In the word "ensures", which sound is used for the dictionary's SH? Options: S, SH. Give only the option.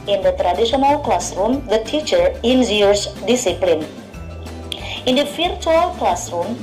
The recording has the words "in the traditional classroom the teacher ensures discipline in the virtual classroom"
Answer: S